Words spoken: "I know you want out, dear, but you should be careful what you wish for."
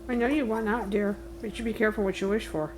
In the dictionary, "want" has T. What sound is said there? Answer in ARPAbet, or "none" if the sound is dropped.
none